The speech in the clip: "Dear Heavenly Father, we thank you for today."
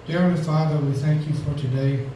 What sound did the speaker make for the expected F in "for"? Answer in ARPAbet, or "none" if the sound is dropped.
F